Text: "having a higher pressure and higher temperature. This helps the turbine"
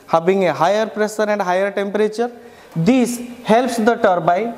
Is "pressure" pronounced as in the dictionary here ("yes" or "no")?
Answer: no